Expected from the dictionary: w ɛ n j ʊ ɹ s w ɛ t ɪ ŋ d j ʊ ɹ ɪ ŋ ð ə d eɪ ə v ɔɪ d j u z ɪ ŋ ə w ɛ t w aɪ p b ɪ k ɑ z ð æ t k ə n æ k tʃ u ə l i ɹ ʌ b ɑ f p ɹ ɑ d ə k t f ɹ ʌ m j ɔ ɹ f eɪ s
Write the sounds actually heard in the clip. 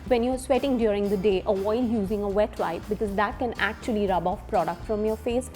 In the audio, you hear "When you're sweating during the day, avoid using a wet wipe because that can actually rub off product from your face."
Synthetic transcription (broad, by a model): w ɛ n j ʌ ɹ s w ɛ t ɪ ŋ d j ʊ ɹ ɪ ŋ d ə d eɪ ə ɔɪ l j u z ɪ ŋ ə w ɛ t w aɪ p b ɪ k ɑ z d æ t k ə n æ k tʃ u ə l i ɹ ʌ b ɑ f p ɹ ɑ d ə k t f ɹ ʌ m j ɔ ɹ f eɪ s